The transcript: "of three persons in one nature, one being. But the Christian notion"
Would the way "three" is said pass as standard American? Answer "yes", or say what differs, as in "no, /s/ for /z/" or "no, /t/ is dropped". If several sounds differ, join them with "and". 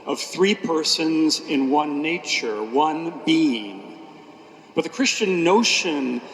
yes